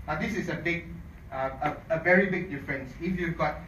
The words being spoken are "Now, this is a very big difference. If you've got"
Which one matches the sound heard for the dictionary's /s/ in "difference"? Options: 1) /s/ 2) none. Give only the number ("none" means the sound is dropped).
1